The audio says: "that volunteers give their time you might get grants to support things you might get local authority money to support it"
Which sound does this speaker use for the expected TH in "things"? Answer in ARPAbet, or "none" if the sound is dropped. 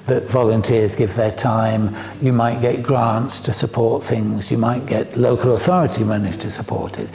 TH